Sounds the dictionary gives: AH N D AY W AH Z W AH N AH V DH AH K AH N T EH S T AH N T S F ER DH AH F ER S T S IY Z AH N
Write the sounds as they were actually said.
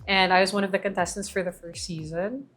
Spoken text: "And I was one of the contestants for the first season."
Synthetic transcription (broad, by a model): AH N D AY W AH Z W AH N AH V DH AH K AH N T EH S T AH N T S F ER DH AH F ER S T S IY Z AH N